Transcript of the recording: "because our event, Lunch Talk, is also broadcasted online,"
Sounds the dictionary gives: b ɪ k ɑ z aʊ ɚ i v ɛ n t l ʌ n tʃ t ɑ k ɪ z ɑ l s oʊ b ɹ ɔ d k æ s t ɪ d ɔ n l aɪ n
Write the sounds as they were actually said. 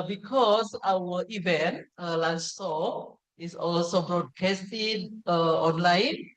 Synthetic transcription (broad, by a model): b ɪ k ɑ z aʊ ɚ i v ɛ n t l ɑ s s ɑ ɪ s ɑ l s oʊ b ɹ ɔ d k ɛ s t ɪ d ɔ n l aɪ n